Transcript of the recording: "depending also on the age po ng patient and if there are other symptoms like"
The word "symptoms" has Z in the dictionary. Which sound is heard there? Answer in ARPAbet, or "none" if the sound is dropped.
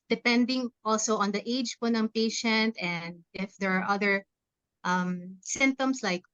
S